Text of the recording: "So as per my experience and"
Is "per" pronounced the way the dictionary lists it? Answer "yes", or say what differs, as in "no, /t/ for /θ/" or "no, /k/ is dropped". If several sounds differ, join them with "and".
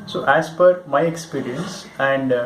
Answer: no, /f/ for /p/